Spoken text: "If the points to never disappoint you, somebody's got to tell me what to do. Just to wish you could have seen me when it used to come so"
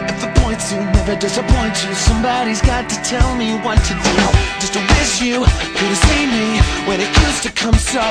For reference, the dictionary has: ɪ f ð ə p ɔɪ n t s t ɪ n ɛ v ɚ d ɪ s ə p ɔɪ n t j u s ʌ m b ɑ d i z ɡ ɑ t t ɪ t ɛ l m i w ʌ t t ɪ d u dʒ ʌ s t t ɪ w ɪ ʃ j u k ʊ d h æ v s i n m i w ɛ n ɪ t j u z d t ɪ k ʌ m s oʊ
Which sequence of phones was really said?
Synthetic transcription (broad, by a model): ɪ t ð ə p ɔɪ n t s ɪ n ɛ v ɚ d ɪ s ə p ɔɪ n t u s ʌ m b ɑ d i z ɡ ɑ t t ɪ t ɛ l m i w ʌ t t ɪ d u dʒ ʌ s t t ɪ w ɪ s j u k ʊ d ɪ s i m i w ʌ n ɪ t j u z t ɪ k ʌ m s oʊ